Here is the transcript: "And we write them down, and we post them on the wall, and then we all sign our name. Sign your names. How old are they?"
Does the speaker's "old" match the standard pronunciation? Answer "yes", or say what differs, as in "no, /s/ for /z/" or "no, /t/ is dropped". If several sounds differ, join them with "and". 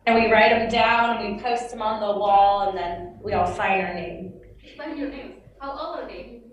no, /d/ is dropped